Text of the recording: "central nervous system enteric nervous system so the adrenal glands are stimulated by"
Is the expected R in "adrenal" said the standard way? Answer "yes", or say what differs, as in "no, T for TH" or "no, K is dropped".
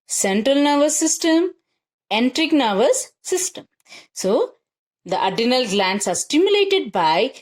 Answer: no, R is dropped